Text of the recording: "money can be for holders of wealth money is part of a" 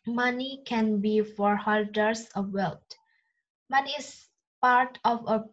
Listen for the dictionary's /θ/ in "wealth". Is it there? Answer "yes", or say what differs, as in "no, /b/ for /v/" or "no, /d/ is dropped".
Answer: no, /t/ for /θ/